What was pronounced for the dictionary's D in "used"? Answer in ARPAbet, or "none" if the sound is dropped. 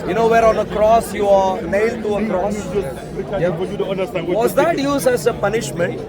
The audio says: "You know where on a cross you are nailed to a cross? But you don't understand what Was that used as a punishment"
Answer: none